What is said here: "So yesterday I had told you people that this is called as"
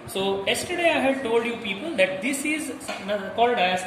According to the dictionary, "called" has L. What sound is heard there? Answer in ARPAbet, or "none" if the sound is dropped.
L